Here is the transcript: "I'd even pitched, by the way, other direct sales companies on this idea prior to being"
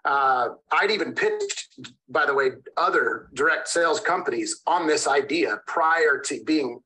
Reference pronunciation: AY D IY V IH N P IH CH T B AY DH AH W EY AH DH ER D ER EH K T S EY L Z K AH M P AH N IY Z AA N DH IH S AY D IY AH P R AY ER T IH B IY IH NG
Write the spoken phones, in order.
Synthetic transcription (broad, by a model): AY D IY V IH N P IH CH B AY DH AH W EY AH DH ER D ER EH K T S EY L Z K AH M P AH N IY Z N DH IH S AY D IY AH P R AY ER T IH B IY IH NG